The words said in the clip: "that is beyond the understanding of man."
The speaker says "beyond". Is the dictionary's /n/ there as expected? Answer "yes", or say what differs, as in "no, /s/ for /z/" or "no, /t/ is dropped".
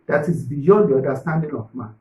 no, /n/ is dropped